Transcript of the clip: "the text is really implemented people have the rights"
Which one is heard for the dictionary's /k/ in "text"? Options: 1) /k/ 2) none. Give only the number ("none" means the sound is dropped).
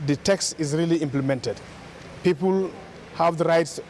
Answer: 1